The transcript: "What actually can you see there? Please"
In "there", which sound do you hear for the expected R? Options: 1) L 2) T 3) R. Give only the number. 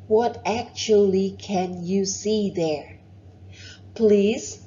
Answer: 3